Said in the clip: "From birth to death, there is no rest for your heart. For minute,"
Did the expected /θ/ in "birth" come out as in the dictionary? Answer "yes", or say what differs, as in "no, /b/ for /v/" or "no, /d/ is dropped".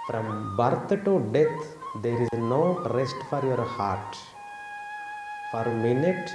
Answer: no, /t/ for /θ/